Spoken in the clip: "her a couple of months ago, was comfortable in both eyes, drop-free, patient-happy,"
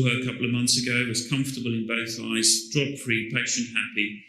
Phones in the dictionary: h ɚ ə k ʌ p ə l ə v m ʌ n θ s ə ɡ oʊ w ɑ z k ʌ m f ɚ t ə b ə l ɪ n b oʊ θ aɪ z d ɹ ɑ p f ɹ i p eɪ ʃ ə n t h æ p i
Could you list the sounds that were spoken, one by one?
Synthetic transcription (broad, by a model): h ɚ ə k ʌ p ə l ə v m ʌ n θ s ə ɡ oʊ w ɑ z k ʌ m f t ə b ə l ɪ n b oʊ θ aɪ z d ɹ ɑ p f ɹ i p eɪ ʃ ə n t h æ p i